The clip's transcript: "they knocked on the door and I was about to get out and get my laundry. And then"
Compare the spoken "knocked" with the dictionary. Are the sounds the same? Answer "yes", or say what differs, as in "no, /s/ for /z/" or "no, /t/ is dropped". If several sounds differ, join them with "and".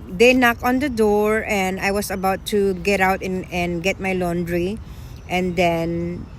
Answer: no, /t/ is dropped